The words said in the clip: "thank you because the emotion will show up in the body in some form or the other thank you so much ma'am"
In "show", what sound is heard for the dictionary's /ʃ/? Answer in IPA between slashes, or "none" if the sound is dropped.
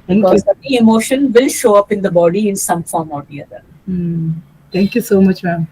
/ʃ/